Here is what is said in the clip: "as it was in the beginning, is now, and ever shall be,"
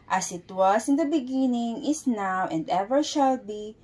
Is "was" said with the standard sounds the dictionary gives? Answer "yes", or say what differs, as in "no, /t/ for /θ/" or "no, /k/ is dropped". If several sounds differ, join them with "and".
no, /s/ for /z/